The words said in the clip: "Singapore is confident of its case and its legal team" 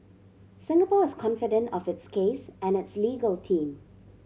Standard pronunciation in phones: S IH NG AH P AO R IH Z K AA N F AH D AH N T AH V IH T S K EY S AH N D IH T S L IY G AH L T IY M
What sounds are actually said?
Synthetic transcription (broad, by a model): S IH NG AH P AO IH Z K AA N F AH D AH N T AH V IH T S K EY S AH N IH T S L IY G AH L T IY M